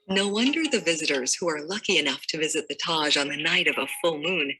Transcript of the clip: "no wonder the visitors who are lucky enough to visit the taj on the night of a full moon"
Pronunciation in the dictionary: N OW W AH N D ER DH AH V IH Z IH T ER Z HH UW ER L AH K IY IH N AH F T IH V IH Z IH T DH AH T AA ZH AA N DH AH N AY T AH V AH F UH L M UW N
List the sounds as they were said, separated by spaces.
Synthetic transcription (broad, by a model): N OW W AH N D ER DH AH V IH Z IH T ER Z HH UW ER L AH K IY IH N AH F T IH V IH Z IH T DH AH T AA ZH N DH AH N AY T AH V AH F UH L M UW N